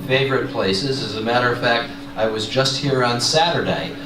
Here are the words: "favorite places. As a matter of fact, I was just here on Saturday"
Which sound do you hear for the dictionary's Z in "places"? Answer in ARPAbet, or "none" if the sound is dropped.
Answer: Z